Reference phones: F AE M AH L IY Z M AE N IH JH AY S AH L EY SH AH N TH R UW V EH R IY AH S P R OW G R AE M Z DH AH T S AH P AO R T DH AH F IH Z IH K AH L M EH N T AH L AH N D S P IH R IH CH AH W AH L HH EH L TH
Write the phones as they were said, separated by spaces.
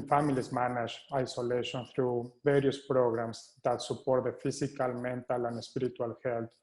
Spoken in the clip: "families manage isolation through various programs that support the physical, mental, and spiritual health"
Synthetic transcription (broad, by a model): F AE M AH L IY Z M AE N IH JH AY S AH L EY SH AH N TH R UW V EH R IY AH S P R OW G R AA M S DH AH T S AH P AO R T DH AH F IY S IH K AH L M EH N T AH L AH N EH S P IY R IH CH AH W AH L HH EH L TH